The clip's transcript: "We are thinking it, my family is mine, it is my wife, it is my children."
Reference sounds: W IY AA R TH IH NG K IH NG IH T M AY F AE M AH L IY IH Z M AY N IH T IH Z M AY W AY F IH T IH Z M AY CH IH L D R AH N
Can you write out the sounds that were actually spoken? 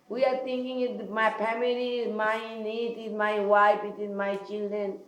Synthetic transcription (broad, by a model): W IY AA R T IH NG K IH NG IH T M AY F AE M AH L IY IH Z M AY N IH T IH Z M AY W AY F IH T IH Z M AY CH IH L D R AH N